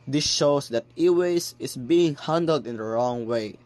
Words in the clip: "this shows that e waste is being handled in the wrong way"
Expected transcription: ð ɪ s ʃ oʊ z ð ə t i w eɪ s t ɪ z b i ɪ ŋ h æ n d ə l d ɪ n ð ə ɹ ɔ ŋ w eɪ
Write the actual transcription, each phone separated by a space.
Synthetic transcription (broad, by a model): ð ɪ s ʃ oʊ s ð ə t i w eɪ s ɪ s b i ɪ ŋ h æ n d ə l d ɪ n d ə ɹ ɔ ŋ w eɪ